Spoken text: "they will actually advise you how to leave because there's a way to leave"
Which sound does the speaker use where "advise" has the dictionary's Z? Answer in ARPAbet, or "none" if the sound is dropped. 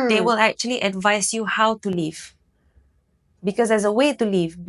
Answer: S